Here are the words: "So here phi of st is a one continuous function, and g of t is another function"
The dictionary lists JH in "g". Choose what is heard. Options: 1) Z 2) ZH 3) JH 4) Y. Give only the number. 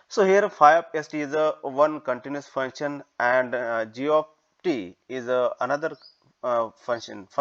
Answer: 3